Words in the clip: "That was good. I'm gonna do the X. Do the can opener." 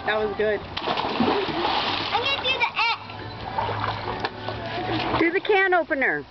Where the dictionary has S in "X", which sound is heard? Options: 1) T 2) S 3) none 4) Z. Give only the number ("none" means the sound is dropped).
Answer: 3